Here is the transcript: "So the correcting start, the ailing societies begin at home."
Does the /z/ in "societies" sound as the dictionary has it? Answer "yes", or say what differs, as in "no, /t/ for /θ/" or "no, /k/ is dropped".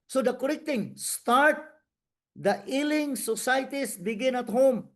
no, /s/ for /z/